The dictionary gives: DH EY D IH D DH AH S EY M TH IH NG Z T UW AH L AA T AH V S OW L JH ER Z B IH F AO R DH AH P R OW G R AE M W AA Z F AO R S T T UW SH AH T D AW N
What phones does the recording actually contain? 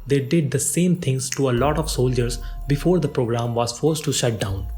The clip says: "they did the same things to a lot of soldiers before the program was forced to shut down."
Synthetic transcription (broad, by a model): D EY D IH D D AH S EY M T IH NG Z T UW AH L AA T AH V S OW L JH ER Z B IH F AO R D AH P R OW G R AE M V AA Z F AO R S T T UW SH AH T D AW N